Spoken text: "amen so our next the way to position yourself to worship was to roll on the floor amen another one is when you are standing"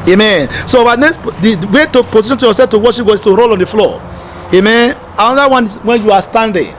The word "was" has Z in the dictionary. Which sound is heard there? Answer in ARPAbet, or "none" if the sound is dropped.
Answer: S